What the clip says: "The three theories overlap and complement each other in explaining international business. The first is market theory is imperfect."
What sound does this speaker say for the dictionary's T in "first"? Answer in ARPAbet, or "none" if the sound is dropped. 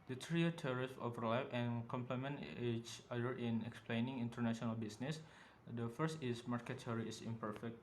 T